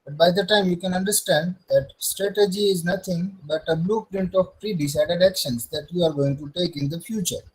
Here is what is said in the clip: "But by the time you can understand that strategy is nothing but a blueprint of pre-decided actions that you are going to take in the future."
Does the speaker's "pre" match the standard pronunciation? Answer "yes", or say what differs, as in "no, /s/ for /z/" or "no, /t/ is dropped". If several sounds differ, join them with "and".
yes